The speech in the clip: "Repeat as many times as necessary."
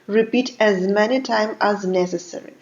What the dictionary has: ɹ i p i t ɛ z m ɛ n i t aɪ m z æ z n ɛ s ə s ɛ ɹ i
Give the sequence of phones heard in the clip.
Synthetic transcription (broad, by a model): ɹ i p i t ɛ z m ɛ n i t aɪ m æ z n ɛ s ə s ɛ ɹ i